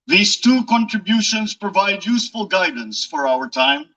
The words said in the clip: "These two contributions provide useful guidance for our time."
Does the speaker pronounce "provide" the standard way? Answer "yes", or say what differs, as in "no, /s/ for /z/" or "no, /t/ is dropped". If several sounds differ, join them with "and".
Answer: yes